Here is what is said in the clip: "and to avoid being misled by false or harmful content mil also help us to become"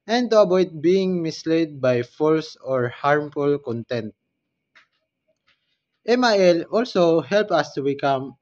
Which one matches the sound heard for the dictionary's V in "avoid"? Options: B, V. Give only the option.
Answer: B